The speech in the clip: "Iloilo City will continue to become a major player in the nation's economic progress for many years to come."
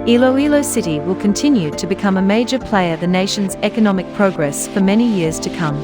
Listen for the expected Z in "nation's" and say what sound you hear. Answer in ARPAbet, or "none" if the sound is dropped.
Z